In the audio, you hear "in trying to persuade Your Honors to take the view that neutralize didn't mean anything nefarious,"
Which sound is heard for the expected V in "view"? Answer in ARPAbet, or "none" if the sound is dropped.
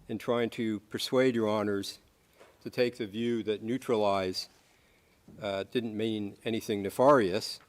V